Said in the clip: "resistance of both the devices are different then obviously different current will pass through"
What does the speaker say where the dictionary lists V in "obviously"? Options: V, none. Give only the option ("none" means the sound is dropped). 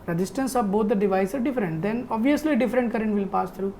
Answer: V